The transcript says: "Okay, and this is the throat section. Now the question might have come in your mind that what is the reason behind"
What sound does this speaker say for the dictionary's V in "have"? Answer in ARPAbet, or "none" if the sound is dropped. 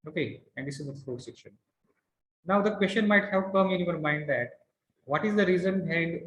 P